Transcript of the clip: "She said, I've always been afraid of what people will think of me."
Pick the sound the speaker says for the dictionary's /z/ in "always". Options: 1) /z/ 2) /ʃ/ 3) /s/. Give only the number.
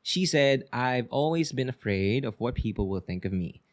1